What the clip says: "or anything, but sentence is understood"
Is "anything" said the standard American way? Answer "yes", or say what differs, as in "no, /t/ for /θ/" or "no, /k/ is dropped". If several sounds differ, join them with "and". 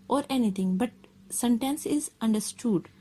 no, /t/ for /θ/